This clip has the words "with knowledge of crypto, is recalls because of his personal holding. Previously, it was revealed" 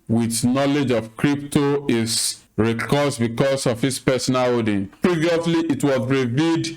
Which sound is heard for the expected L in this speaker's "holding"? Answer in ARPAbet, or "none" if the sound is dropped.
none